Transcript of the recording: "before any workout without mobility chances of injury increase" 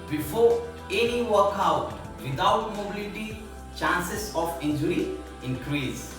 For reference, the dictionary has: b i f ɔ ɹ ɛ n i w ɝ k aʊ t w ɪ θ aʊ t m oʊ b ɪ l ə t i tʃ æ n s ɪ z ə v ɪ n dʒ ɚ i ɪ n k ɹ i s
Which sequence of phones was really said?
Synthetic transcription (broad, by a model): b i f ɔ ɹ ɛ n i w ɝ k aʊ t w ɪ t aʊ t m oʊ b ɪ l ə t i tʃ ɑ n s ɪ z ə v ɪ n dʒ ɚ i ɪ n k ɹ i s